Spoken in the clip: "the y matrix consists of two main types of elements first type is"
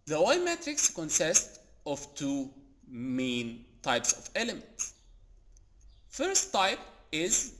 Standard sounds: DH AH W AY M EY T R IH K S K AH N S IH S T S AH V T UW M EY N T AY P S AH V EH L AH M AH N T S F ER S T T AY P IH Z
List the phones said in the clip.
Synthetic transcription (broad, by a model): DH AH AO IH M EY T R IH K S K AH N S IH S T AH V T UW M EY N T AY P S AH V EH L AH M AH N T S F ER S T T AY P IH Z